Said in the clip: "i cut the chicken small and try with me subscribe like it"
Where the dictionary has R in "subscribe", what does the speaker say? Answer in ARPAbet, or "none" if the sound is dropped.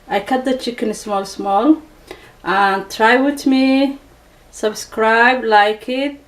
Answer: R